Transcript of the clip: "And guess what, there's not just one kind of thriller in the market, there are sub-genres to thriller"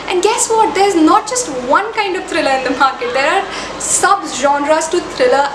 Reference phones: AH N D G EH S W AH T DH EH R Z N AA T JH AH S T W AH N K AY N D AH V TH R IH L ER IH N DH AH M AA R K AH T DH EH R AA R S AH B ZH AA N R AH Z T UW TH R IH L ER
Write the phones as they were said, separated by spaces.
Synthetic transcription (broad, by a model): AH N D G EH S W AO T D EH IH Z N AA T JH AH S T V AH N K AY N D AH V T R IH L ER IH N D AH M AA R K AH T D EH R AA R S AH B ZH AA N R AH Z T UW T R IH L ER